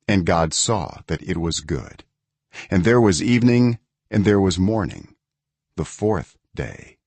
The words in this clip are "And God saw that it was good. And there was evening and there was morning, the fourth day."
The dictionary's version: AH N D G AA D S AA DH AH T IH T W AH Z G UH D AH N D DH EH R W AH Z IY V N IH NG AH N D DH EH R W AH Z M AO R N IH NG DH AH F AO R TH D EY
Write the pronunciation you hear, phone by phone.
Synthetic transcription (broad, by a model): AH N G AA D S AA DH AH T IH T W AH Z G UH D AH N DH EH R W AH Z IY V N IH NG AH N DH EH R W AH Z M AO R N IH NG DH AH F AO R TH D EY